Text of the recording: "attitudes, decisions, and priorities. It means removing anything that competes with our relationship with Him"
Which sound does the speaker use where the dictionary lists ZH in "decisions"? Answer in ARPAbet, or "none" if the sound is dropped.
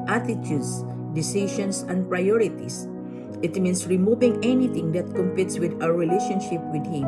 SH